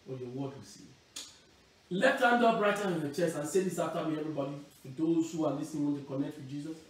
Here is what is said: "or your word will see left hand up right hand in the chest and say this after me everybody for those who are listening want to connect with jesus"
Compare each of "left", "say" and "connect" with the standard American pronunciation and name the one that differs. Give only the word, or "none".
left